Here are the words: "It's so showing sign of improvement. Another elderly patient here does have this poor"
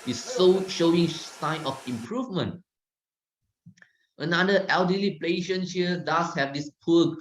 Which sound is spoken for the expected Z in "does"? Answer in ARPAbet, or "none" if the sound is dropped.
S